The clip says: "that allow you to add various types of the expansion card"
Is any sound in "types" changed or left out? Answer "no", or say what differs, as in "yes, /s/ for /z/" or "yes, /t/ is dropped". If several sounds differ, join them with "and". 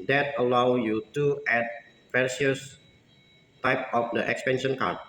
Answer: yes, /s/ is dropped